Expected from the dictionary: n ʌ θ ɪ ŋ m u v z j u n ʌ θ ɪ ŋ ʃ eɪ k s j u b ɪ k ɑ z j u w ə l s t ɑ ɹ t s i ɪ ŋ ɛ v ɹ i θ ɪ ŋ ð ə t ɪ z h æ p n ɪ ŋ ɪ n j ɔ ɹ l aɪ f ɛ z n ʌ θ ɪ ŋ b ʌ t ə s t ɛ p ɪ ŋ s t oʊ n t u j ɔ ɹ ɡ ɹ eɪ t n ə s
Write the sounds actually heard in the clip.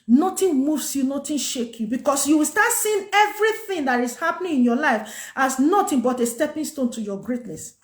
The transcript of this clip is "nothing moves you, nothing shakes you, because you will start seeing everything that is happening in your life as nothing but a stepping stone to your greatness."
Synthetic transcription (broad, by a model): n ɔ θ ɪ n m u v s j u n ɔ t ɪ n ʃ eɪ k j u b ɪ k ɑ s j u w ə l s t ɑ t s i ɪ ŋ ɛ v ɹ i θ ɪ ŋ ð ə t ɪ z h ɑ p n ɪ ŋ ɪ n j ɔ l aɪ f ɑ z n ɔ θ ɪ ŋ b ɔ t ə s t ɛ p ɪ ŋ s t oʊ n t u j ɔ ɡ ɹ eɪ t n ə s